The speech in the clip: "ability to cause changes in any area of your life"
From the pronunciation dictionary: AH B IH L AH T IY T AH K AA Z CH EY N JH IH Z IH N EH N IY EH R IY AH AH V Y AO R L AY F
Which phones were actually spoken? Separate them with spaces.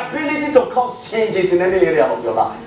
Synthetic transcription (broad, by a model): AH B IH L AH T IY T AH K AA S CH EY N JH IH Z IH N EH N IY EH R IY AH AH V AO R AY